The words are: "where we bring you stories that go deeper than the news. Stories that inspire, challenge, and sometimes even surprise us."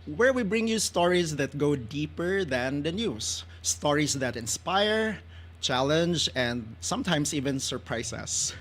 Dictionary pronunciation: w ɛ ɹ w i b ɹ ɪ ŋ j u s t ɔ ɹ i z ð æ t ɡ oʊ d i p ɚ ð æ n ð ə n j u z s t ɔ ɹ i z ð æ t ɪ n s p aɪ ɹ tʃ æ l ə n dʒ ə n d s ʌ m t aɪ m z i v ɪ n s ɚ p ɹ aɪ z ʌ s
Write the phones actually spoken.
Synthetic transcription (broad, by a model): w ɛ ɹ w i b ɹ ɪ ŋ j u s t ɔ ɹ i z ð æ t ɡ oʊ d i p ɚ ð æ n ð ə n j u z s t ɔ ɹ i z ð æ t ɪ n s p aɪ ɹ tʃ æ l ə n dʒ ə n d s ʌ m t aɪ m s i v ɪ n s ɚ p ɹ aɪ s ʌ s